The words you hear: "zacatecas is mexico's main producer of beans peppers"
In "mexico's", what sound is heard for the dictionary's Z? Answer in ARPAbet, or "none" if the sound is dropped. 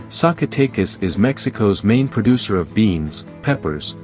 Z